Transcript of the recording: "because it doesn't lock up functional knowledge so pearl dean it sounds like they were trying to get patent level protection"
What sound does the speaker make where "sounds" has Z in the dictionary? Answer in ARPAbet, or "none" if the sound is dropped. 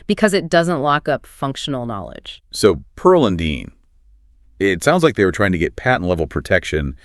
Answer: Z